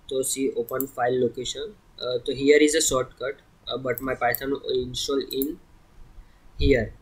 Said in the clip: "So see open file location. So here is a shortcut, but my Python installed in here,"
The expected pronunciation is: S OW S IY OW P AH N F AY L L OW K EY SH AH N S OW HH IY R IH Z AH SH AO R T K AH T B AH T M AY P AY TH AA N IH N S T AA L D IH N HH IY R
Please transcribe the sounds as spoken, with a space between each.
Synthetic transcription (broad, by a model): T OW S IY OW P AH N F AY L L OW K EY SH AH N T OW HH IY R IH Z AH S AO R T K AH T B AH T M AY P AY T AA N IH N S T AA L IH N HH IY R